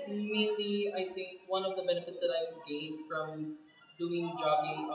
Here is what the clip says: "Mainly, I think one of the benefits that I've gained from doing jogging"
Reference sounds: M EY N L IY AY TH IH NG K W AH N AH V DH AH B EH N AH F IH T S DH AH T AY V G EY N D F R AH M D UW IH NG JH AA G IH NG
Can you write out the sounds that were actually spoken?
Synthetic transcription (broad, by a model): M EY N L IY AY TH IH NG K W AH N AH V DH AH B EH N AH F IH T S DH AH T AY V G EY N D F R AH M D UW IH NG JH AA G IH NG